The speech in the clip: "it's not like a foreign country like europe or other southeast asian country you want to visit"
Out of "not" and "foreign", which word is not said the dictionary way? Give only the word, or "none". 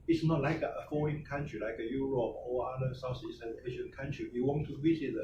foreign